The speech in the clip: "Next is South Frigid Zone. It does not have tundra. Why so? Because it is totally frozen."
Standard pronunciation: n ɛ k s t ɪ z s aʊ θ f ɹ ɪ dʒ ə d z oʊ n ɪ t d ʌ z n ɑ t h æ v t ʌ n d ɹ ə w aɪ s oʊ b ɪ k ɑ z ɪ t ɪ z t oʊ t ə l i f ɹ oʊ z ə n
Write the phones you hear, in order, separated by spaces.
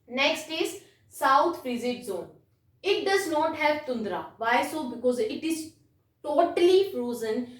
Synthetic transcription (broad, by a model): n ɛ k s t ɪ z s aʊ t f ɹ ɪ z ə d z oʊ n ɪ t d ʌ z n ɑ t h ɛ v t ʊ n d ɹ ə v aɪ s oʊ b ɪ k ɑ z ɪ t ɪ z t oʊ t ə l i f ɹ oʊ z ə n